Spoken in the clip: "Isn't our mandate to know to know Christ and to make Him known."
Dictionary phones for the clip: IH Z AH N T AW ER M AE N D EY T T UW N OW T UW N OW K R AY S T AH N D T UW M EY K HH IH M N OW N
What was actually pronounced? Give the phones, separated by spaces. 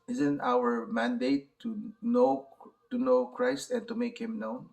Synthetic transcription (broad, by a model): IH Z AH N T AW ER M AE N D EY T T UW N OW T UW N OW K R AY S T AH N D T UW M EY K HH IH M N OW N